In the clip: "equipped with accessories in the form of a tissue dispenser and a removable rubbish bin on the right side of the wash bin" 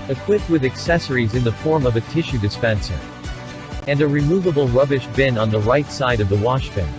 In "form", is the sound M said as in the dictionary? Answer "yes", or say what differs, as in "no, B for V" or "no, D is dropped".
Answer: yes